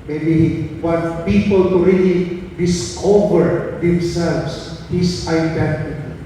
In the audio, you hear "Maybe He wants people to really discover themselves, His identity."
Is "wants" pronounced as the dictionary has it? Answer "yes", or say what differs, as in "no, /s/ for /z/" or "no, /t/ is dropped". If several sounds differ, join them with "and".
no, /s/ is dropped